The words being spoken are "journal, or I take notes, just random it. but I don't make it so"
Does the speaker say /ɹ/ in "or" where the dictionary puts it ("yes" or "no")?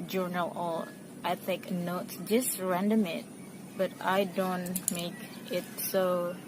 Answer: no